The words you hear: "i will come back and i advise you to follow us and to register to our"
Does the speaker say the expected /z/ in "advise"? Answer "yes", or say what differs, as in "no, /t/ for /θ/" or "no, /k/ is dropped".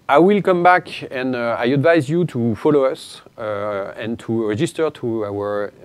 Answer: yes